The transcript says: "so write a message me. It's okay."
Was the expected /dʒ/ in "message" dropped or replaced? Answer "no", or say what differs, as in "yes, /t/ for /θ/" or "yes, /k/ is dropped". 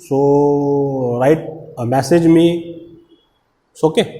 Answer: no